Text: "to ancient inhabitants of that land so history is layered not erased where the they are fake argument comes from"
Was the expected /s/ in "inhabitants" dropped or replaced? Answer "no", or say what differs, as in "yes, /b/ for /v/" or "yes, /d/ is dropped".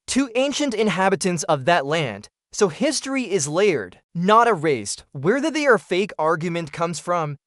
no